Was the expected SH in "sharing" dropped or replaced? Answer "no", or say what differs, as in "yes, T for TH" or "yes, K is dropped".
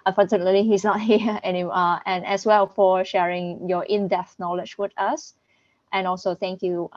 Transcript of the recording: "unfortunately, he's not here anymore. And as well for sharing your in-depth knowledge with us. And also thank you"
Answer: no